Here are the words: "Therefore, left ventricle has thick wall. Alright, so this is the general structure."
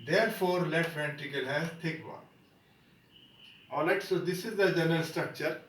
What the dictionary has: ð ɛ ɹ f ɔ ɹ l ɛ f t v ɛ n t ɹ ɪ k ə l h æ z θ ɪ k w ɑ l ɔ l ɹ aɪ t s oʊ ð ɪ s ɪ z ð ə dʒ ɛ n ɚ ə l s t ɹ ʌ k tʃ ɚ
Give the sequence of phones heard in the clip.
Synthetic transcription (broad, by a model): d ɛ ɹ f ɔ ɹ l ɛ t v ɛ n t ɪ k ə l h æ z t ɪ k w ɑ n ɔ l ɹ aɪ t s oʊ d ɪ s ɪ z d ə dʒ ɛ n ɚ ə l s t ɹ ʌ k tʃ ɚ